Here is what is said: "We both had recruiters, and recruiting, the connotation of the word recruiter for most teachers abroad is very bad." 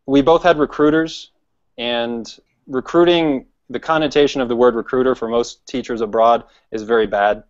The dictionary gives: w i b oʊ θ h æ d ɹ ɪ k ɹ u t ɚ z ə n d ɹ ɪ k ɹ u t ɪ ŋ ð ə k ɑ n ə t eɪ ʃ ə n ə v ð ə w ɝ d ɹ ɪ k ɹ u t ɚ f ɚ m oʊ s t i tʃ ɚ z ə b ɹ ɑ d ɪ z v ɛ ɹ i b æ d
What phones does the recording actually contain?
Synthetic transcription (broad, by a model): w i b oʊ θ h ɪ d ɹ ɪ k ɹ u t ɚ z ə n ɹ ɪ k ɹ u t ɪ ŋ ð ə k ɑ n ə t eɪ ʃ ə n ə v ð ə w ɝ d ɹ ɪ k ɹ u t ɚ f ɚ m oʊ s t i tʃ ɚ z ə b ɹ ɑ d ɪ z v ɛ ɹ i b æ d